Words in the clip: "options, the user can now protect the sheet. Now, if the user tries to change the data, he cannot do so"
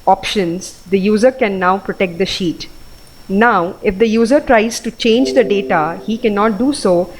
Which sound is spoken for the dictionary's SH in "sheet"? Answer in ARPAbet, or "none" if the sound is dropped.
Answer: SH